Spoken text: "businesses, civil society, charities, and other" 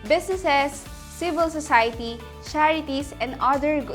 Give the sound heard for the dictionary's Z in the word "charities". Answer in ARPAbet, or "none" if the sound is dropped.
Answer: S